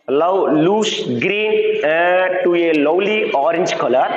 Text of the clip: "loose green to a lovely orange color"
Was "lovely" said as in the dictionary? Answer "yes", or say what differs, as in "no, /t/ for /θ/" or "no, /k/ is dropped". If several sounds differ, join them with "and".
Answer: no, /w/ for /v/